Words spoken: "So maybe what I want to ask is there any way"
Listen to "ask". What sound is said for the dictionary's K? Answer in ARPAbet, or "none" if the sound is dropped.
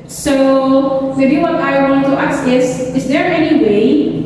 none